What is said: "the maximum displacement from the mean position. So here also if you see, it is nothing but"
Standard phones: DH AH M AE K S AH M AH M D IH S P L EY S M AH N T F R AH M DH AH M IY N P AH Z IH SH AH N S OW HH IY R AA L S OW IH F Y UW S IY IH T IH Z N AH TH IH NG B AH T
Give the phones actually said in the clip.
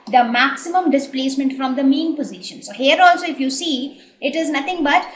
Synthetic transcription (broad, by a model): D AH M AE K S AH M AH M D IH S P L EY S M AH N T F R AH M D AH M IY N P AH Z IH SH AH N S OW HH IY R AA L S OW IH F Y UW S IY IH T IH Z N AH T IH NG B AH T